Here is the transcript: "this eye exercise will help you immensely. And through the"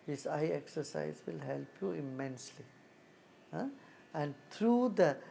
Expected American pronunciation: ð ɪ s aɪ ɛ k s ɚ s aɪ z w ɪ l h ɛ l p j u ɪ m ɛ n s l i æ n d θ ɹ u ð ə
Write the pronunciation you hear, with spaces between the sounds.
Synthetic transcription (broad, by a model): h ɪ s aɪ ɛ k s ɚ s aɪ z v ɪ l h ɛ l p j u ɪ m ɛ n s l i æ n d t ɹ u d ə